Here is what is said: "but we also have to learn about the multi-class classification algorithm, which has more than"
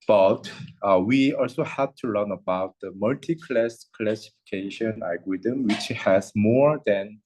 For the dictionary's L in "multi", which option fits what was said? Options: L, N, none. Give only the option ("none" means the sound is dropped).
L